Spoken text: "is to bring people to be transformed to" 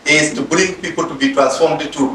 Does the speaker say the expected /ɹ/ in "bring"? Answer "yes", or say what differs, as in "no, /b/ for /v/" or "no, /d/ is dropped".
no, /l/ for /ɹ/